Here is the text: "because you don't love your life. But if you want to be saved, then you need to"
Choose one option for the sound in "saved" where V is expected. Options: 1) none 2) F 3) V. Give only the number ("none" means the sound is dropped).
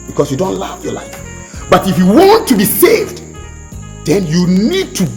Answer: 3